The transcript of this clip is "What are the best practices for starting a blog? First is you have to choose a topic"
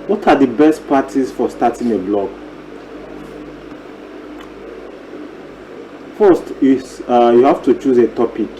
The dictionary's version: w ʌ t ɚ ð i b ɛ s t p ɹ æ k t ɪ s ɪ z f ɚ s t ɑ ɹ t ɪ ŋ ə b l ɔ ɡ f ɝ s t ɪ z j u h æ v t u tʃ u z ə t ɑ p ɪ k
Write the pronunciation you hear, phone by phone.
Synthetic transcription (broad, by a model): w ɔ t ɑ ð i b ɛ s t p ɑ t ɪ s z f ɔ s t ɑ t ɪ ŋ ə b l ɔ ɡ f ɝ s t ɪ j u h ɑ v t u tʃ u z ə t ɑ p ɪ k